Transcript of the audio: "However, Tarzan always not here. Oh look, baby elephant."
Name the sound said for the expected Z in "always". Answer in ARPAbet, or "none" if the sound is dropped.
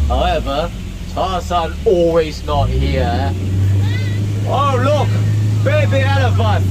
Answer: Z